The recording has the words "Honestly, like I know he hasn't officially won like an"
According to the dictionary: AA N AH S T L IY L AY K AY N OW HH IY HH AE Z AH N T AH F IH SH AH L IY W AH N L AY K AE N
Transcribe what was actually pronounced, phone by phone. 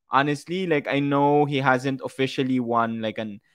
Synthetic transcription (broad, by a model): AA N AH S T L IY L AY K AY N OW HH IY HH AE Z AH N T AH F IH SH AH L IY W AH N L AY K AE N